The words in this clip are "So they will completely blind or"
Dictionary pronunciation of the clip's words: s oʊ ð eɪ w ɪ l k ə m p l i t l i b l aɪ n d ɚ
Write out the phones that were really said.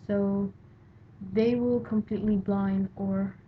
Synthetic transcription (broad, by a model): s oʊ ð eɪ w ɪ l k ə m p l i t l i b l aɪ n d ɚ